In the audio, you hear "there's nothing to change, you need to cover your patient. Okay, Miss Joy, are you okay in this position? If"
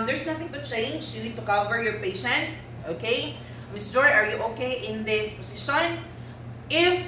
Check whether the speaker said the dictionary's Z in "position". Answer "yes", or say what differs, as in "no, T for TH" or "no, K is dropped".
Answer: no, S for Z